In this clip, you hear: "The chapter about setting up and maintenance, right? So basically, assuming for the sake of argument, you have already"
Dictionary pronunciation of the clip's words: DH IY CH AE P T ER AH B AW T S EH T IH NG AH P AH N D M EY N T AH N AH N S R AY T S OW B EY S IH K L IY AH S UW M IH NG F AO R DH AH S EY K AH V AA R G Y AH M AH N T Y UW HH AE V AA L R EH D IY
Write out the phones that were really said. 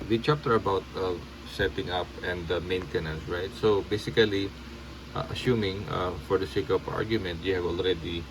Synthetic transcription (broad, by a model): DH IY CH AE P T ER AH B AW T S EH T IH NG AH P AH N D M EY N T AH N AH N S R AY T S OW B EY S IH K L IY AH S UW M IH NG F AO R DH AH S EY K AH P AA R G Y AH M AH N T Y UW HH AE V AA L R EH D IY